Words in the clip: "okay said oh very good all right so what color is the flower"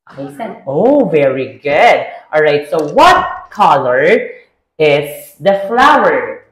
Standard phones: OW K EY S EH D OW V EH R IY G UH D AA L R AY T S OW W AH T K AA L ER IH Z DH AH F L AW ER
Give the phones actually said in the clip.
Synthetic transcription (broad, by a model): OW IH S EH OW V EH R IY G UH D AA L R AY T S OW W AH T K AA L ER IH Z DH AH F L AW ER